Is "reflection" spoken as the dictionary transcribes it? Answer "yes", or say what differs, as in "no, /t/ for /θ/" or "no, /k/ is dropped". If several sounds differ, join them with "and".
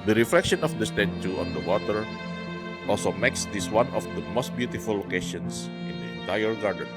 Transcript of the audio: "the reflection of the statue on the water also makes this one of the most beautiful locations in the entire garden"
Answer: yes